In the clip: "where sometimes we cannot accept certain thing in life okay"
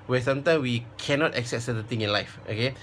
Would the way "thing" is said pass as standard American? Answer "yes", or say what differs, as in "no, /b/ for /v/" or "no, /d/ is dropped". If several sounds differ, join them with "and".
no, /t/ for /θ/